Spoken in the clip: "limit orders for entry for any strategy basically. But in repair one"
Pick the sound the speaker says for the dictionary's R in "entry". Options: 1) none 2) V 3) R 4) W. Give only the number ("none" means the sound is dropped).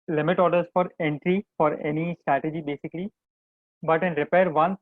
3